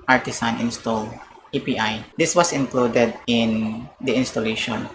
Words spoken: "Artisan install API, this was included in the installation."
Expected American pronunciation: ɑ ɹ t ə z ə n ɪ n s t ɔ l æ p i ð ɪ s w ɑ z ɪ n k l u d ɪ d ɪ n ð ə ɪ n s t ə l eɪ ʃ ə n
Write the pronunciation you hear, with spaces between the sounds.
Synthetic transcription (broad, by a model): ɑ ɹ t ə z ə n ɪ n s t ɔ l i p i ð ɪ s w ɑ s ɪ n k l u d ɪ d ɪ n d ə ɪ n s t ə l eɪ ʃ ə n